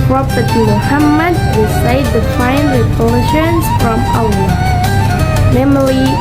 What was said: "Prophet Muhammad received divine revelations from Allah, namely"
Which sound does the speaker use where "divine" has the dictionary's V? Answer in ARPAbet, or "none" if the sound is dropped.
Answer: F